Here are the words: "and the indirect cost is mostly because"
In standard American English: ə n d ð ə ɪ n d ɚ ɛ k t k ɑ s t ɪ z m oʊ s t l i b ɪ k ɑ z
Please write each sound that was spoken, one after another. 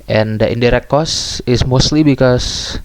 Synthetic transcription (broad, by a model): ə n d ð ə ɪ n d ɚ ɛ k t k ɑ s ɪ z m oʊ s t l i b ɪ k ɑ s